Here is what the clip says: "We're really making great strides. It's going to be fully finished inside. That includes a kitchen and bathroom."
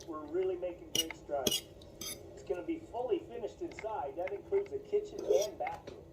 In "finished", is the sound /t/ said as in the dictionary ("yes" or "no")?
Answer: yes